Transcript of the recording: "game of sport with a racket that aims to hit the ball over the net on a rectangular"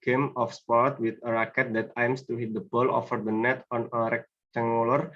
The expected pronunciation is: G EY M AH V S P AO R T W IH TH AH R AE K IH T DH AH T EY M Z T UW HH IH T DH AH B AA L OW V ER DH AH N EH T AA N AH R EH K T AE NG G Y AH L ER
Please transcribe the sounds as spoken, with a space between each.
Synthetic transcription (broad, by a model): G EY M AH F S P AO R T W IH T AH R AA K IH T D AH T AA M S T UW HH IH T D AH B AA L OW F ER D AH N EH T AA N AH R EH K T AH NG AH L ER